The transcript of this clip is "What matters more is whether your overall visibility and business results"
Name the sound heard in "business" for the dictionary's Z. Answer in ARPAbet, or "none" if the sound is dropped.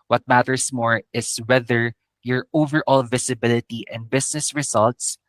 S